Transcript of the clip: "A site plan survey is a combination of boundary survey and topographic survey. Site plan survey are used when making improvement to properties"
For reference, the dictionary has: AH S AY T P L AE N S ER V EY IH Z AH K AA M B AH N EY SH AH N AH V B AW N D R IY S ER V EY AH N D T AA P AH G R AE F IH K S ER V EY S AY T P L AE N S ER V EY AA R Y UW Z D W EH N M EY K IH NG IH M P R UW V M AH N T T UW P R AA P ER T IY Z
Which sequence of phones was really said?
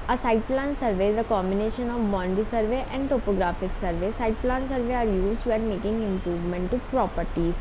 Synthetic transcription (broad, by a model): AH S AY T P L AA N S ER V EY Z AH K AA M B AH N EY SH AH N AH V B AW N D IY S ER V EY AH N D T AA P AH G R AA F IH K S ER V EY S AY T P L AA N S ER V EY AA R Y UW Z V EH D M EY K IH NG IH M P R UW V M AH N T T UW P R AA P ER T IY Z